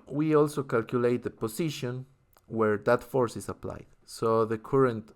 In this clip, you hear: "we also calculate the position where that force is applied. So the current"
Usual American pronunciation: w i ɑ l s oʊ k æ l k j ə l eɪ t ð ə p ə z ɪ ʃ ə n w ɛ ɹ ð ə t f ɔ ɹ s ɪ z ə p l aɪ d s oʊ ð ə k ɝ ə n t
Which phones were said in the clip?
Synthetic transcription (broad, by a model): w i ɑ l s oʊ k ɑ l k j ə l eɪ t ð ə p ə s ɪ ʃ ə n w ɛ ɹ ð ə t f ɔ ɹ s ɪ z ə p l aɪ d s oʊ ð ə k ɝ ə n t